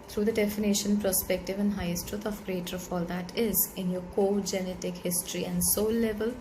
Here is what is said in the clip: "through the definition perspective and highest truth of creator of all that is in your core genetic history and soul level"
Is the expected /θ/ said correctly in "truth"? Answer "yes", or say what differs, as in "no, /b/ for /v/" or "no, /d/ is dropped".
no, /t/ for /θ/